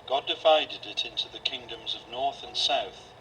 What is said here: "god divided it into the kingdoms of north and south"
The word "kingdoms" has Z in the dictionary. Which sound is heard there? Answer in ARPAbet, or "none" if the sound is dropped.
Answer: Z